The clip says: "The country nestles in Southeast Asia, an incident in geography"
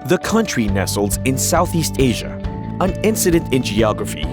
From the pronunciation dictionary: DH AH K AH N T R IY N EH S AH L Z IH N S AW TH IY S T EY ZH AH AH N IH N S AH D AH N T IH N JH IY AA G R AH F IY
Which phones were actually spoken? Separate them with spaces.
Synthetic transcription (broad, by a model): DH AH K AH N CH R IY N EH S L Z IH N S AW TH IY S T EY ZH AH AH N IH N S AH D AH N T IH N JH IY AA G R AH F IY